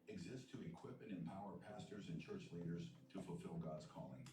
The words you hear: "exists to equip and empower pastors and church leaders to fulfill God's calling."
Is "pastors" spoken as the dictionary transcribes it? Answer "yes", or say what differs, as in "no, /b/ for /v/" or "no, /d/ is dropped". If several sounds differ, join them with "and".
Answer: yes